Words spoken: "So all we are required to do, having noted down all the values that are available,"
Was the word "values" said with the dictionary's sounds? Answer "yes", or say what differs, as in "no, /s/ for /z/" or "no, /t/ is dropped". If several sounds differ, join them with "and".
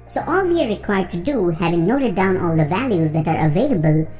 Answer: yes